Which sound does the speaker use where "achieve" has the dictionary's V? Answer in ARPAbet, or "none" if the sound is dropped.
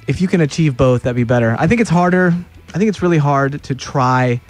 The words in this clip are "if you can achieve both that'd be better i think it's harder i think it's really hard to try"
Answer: V